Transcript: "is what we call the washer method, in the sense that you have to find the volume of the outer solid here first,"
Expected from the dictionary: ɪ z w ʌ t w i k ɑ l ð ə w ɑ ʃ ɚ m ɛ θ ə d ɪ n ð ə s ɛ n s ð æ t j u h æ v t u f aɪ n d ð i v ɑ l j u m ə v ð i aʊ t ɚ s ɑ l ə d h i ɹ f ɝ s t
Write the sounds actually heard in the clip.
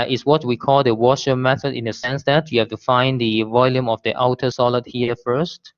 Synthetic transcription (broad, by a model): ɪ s w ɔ t w i k ɑ l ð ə w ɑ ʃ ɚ m ɛ θ ə d ɪ n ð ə s ɛ n s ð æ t j u h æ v t u f aɪ n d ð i v ɑ l j u m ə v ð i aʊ t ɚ s ɑ l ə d h i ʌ f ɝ s t